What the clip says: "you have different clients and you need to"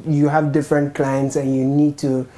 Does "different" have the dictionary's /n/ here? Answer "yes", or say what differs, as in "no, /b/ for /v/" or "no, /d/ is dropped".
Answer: yes